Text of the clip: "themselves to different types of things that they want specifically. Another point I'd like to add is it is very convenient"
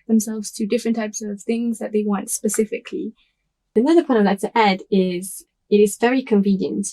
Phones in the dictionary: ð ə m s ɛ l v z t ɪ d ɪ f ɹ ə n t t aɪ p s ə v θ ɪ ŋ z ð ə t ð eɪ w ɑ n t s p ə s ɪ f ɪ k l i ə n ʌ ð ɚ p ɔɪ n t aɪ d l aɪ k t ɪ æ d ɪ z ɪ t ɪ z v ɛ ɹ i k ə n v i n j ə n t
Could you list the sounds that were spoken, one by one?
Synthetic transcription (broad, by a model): ð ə m s ɛ l v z t ɪ d ɪ f ɹ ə n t t aɪ p s ə v θ ɪ ŋ z ð ə t ð eɪ w ɑ n t s p ə s ɪ f ɪ k l i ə n ʌ ð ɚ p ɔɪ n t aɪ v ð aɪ t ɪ æ d ɪ z ɪ t ɪ z v ɛ ɹ i k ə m v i n j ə n t